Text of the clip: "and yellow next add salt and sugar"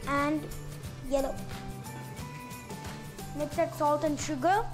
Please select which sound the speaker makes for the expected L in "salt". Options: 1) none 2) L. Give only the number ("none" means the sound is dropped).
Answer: 2